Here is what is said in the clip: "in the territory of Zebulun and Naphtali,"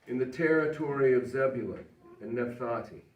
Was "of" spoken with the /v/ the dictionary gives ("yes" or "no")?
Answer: yes